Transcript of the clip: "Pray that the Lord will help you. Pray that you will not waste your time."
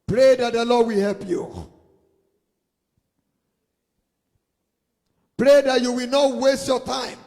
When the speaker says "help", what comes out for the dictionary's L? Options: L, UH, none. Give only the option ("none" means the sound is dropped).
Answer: L